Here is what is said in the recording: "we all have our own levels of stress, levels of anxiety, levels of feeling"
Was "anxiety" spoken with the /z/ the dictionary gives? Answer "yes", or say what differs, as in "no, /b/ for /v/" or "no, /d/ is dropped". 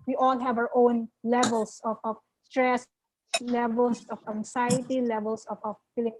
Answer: no, /s/ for /z/